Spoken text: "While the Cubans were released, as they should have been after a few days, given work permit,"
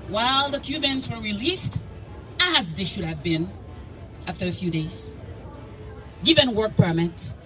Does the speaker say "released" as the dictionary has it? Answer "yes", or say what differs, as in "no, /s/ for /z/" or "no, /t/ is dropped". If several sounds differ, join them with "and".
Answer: yes